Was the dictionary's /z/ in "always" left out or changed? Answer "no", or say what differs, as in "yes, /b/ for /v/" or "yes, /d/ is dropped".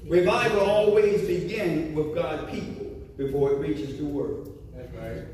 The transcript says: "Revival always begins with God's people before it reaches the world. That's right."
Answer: no